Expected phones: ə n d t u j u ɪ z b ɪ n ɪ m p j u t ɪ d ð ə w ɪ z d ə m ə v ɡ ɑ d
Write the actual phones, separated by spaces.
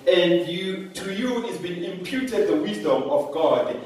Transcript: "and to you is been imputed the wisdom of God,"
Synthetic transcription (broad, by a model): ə n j t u j u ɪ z b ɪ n ɪ m p j u t ɪ d ð ə w ɪ z d ə m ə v ɡ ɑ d